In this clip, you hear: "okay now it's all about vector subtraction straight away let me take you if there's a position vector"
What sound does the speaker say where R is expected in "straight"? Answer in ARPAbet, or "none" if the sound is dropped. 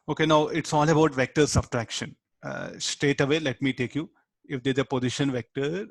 none